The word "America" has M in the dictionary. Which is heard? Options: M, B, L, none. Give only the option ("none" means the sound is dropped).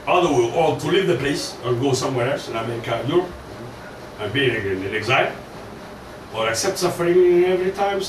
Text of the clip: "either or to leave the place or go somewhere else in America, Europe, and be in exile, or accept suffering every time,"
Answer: none